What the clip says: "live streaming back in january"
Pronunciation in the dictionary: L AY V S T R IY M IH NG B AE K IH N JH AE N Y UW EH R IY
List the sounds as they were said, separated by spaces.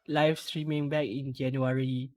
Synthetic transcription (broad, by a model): L AY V S T R IY M IH NG B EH K IH N JH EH N Y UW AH R IY